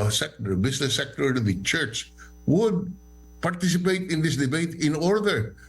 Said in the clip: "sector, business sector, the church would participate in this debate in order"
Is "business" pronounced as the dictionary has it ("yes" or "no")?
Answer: no